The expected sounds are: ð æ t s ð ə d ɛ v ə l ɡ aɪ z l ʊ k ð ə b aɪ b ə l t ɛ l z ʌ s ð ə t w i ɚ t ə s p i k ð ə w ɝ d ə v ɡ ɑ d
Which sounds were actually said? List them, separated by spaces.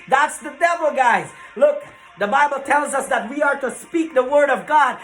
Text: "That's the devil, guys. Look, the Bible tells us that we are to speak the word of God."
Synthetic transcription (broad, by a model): ð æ t s ð ə d ɛ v l ɡ aɪ z l ʊ k ð ə b aɪ b l t ɛ l z ʌ s ð ə t w i ɚ t ə s p i k ð ə w ɝ d ə v ɡ ɑ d